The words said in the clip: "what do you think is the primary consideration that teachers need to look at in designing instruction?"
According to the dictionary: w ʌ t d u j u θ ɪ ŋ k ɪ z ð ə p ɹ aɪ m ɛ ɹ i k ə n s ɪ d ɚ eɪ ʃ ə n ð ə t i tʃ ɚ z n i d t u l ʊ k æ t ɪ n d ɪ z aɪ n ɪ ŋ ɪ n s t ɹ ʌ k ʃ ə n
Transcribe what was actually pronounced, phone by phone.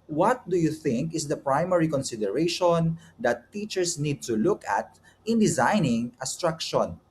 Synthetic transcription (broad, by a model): w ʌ t d u j u θ ɪ ŋ k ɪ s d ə p ɹ aɪ m ɛ ɹ i k ə n s ɪ d ɚ eɪ ʃ ə n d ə t i tʃ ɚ s n i d t u l ʊ k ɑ t ɪ n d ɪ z aɪ n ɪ ŋ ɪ s t ɹ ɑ k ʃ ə n